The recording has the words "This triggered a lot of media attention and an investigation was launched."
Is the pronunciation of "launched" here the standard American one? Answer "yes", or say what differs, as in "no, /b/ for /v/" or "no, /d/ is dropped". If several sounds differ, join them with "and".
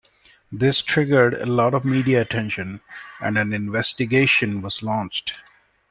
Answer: yes